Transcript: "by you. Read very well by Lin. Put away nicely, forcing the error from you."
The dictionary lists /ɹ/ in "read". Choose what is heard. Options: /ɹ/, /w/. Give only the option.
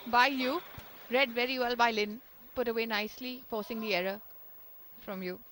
/ɹ/